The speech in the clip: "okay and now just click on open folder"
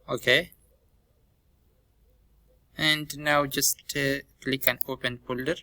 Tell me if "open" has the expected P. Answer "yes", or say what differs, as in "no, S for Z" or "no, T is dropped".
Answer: yes